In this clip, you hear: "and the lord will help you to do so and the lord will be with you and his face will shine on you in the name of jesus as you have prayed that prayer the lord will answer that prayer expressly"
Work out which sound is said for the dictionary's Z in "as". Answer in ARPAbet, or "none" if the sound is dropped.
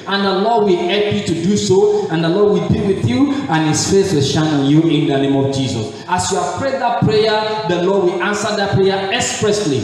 S